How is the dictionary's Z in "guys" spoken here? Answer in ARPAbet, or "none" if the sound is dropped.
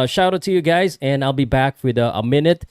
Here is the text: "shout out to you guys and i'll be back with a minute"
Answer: Z